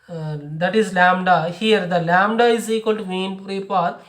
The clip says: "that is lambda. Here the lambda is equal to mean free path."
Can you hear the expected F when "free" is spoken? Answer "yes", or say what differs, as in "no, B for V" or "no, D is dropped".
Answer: no, P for F